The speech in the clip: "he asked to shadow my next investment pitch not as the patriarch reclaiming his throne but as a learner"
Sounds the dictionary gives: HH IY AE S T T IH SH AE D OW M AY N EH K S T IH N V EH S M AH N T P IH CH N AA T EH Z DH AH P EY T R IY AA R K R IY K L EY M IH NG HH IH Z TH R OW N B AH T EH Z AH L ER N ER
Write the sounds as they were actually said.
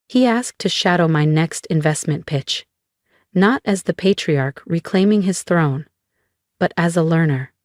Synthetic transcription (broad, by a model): HH IY AE S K T IH SH AE D OW M AY N EH K S T IH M V EH S M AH N P IH CH N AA T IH Z DH AH P EY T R IY AA R K R IY K L EY M IH NG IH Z TH R OW N B AH T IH Z AH L ER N ER